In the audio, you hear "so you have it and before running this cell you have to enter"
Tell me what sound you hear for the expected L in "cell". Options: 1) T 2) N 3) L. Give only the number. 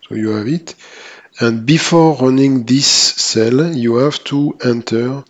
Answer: 3